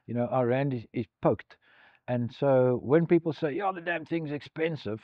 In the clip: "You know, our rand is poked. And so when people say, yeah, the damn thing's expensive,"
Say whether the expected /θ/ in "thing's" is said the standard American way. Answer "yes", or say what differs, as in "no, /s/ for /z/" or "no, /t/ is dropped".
yes